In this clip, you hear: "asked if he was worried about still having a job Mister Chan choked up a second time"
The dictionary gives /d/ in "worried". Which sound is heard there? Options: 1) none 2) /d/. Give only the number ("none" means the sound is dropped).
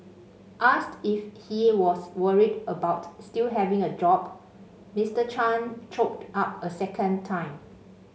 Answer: 2